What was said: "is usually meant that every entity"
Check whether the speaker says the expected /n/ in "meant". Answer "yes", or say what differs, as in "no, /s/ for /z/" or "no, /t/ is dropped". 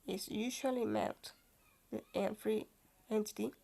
no, /l/ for /n/